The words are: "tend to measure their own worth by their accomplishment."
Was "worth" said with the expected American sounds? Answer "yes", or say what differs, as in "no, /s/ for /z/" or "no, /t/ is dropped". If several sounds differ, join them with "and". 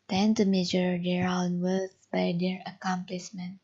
no, /s/ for /θ/